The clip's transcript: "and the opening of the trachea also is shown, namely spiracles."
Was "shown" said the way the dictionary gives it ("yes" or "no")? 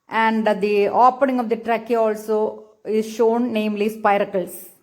yes